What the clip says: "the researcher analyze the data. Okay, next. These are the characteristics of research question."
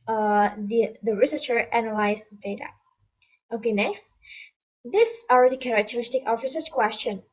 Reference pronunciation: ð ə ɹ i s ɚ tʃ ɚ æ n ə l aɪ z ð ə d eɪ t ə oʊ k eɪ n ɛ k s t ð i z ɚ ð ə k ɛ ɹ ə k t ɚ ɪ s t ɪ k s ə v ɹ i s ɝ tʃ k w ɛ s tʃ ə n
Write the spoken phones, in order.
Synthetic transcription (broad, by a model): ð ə ɹ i s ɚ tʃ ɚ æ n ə l aɪ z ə d eɪ t ə oʊ k eɪ n ɛ k s t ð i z ɚ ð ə k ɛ ɹ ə k t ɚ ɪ s t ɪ k ə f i s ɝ s k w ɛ s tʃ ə n